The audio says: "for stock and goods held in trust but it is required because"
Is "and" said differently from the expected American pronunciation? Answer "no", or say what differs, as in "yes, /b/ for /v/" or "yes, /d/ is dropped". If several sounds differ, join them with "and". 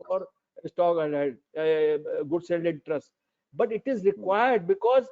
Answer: yes, /l/ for /n/